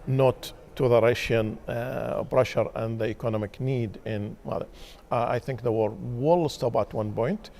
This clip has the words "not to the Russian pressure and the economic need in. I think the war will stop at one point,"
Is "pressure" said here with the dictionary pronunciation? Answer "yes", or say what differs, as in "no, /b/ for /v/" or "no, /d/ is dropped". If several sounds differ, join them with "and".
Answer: no, /b/ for /p/